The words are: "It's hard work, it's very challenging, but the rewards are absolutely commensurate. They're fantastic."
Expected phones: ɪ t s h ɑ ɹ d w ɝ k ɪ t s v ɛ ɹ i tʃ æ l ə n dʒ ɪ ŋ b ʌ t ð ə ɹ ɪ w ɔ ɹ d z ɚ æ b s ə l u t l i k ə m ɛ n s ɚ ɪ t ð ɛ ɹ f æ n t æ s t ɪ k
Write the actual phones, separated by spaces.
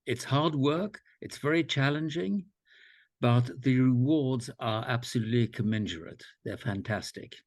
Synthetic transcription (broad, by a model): ɪ t s h ɑ ɹ d w ɝ k ɪ t s v ɛ ɹ i tʃ æ l ə n dʒ ɪ ŋ b ʌ t ð ə ɹ ɪ w ɔ ɹ d z ɚ æ b s ə l u t l i k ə m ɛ n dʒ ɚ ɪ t ð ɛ ɹ f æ n t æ s t ɪ k